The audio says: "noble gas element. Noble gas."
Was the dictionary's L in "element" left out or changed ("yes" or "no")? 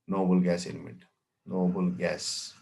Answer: yes